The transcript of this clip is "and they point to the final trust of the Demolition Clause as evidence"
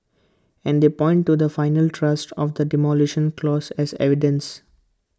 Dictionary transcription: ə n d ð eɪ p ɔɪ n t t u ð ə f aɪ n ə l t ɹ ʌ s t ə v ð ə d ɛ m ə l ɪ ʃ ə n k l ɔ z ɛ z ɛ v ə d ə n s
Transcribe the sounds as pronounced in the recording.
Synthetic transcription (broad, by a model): ə n d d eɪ p ɔɪ n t t u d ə f aɪ n ə l t ɹ ʌ s t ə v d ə d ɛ m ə l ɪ ʃ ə n k l ɔ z ɛ z ɛ v ə d ə n s